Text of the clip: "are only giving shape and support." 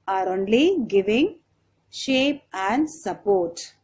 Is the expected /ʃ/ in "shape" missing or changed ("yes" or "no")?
no